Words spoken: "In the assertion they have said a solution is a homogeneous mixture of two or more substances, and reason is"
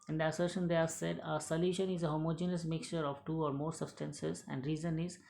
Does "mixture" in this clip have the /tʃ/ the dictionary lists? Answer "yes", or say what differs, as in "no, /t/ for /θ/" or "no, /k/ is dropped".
yes